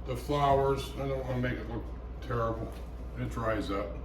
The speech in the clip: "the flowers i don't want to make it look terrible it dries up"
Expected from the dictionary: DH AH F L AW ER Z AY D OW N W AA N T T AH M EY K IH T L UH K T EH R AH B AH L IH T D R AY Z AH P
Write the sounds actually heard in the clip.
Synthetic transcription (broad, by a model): DH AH F L AW ER Z AY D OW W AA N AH M EY K IH T L UH K T EH R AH B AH N IH T D R AY Z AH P